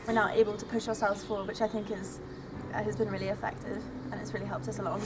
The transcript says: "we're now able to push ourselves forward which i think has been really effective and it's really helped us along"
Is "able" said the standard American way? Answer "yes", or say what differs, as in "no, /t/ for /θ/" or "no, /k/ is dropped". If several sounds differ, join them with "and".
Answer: yes